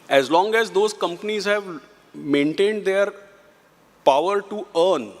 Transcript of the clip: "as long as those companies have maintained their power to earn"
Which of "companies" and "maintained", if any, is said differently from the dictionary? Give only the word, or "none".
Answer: none